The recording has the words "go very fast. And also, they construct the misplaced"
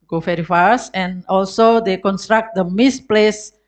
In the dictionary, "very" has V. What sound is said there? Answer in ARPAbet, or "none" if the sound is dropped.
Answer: F